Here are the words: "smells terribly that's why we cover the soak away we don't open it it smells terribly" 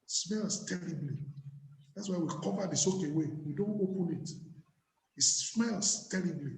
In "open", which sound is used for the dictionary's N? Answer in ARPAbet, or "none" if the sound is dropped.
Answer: N